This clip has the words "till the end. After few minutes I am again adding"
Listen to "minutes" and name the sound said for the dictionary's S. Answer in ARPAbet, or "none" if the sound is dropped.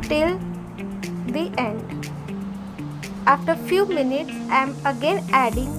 S